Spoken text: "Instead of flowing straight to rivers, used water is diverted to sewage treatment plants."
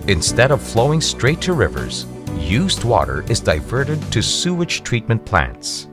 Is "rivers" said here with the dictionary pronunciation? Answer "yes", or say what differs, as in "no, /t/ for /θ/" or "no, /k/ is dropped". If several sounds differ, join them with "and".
yes